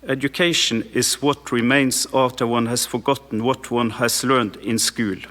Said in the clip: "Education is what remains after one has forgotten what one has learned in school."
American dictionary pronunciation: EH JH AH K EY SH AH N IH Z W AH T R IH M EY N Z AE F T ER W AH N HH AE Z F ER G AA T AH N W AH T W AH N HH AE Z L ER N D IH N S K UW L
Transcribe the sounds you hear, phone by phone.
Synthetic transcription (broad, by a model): EH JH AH K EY SH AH N IH S W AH T R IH M EY N S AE F T ER W AH N HH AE S F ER G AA T N W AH T W AH N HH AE S L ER N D IH N S K UW L